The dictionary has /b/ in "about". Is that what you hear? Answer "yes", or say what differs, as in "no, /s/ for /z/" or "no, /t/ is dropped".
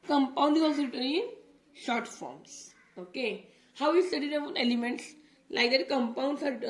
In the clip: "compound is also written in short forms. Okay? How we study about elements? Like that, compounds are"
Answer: no, /b/ is dropped